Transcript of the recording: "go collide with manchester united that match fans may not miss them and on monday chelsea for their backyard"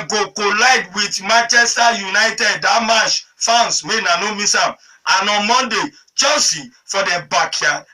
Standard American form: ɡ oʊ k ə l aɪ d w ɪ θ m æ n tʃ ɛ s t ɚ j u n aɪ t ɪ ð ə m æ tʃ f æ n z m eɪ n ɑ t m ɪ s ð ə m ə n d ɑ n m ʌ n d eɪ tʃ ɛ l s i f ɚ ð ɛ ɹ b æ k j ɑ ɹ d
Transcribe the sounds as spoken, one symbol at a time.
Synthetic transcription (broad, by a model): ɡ oʊ k ə l aɪ d w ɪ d m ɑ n tʃ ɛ s t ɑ j u n aɪ t ɪ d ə m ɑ ʃ f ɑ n s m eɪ n ɑ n m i s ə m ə n ɑ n m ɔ n d eɪ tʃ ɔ n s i f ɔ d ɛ b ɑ k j ɑ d